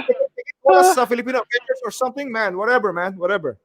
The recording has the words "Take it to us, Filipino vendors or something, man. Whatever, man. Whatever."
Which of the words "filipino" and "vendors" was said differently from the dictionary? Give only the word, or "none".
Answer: vendors